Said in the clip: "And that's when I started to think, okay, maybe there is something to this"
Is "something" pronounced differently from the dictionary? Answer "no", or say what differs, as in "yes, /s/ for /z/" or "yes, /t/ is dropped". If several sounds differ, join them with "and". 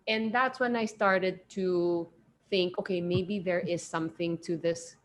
no